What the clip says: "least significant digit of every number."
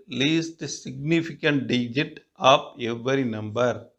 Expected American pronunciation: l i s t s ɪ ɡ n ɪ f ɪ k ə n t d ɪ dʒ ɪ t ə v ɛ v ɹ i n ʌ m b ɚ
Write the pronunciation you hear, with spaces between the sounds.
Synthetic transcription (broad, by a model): l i s t s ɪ ɡ n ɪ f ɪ k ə n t d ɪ dʒ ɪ t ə p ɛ v ɹ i n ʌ m b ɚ